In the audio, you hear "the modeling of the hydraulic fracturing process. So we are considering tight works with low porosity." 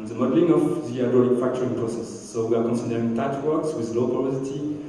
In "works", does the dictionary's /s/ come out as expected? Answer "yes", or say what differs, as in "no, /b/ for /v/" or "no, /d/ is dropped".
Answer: yes